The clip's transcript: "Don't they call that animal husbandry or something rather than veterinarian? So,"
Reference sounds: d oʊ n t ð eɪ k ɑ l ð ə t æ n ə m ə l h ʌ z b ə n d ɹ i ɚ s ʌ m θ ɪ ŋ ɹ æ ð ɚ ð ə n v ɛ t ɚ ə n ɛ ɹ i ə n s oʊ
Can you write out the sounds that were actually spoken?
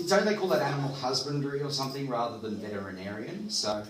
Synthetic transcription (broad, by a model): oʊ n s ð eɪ k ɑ l ð ə t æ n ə m l h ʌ z b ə n d ɹ i ɚ s ʌ m θ ɪ ŋ ɹ æ ð ɚ ð ə n v ɛ t ɚ ə n ɛ ɹ i ə n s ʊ